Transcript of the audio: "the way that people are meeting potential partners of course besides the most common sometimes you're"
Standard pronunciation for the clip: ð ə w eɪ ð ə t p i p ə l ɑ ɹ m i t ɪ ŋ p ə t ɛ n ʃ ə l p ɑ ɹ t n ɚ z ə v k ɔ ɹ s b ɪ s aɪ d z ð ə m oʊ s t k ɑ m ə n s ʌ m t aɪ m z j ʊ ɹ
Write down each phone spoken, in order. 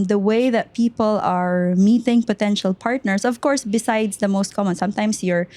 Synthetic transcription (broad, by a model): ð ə w eɪ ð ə t p i p ə l ɑ ɹ m i t ɪ ŋ p ə t ɛ n ʃ ə l p ɑ ɹ t n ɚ s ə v k ɔ ɹ s b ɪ s aɪ d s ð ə m oʊ s t k ɑ m ə n s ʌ m t aɪ m s j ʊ ɹ